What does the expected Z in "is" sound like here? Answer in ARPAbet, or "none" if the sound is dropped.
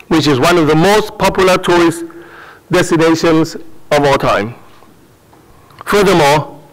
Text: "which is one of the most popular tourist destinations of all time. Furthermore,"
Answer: Z